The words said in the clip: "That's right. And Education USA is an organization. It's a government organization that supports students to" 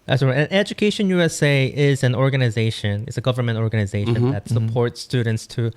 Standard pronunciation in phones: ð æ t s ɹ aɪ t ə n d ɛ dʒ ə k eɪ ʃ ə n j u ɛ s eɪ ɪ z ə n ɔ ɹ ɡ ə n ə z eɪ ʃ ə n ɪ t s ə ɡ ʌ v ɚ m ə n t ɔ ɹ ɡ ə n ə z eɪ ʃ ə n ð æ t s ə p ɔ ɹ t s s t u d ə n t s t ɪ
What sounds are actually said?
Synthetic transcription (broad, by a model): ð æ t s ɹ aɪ ə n ɛ dʒ ə k eɪ ʃ ə n j u ɛ s eɪ ɪ z ə n ɔ ɹ ɡ ə n ə z eɪ ʃ ə n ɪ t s ə ɡ ʌ v ɚ m ə n t ɔ ɹ ɡ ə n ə z eɪ ʃ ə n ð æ t s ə p ɔ ɹ t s s t u d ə n t s t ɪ